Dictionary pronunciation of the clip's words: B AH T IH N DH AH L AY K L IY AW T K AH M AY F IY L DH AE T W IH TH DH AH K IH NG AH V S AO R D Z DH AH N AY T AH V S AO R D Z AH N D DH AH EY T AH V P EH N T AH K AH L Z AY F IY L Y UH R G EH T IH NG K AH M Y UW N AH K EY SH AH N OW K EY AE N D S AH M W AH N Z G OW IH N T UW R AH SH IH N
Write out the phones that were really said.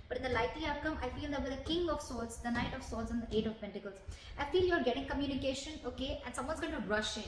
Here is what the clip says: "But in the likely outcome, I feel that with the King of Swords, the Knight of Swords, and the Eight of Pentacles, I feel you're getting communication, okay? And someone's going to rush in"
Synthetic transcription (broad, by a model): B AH T IH N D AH L AY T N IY AW T K AH M AY F IY L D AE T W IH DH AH K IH NG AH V S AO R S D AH N AY T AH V S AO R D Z AH N D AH EY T AH V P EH N T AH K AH L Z AY F IY L Y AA R G EH T IH NG K AH M Y UW N AH K EY SH AH N OW K EY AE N S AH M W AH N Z G OW IH N T UW R AH SH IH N